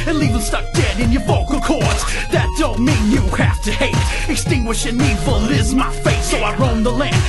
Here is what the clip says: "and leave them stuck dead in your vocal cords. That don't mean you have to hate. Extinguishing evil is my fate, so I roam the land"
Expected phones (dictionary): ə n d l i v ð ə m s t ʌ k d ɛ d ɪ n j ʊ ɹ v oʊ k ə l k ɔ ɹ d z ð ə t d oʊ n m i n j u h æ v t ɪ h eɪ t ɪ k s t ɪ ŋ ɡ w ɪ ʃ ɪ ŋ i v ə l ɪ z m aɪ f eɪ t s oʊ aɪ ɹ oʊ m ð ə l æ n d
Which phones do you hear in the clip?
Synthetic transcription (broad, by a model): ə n l i v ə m s t ʌ k d ɛ d ɪ n j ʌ ɹ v oʊ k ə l k ɔ ɹ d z ð ə t d oʊ n m i n j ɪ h æ f t ɪ h eɪ t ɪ k s t ɪ ŋ ɡ w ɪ ʃ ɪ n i f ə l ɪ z m aɪ f eɪ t s oʊ aɪ ɹ oʊ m ð ə l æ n